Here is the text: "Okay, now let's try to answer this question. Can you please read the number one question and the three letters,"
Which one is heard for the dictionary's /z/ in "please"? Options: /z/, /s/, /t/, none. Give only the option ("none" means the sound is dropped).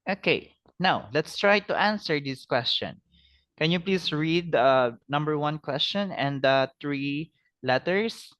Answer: /s/